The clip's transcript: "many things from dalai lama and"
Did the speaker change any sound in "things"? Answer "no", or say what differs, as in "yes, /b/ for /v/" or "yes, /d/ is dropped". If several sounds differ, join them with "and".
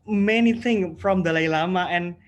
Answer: yes, /z/ is dropped